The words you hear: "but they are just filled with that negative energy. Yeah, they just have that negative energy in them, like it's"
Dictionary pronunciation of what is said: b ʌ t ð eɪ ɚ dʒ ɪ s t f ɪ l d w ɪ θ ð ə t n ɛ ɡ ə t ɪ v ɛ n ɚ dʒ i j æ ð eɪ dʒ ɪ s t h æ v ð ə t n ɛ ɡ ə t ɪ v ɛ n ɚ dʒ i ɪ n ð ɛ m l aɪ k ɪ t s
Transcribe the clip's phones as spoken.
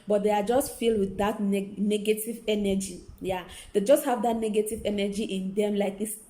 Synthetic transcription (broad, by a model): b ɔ t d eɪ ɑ dʒ ɪ s t f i l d w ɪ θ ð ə t n ɛ ɡ ə t ɪ v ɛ n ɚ dʒ i j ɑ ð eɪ dʒ ɪ s t h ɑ v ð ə t n ɛ ɡ ə t ɪ v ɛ n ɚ dʒ i ɪ n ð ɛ m l aɪ k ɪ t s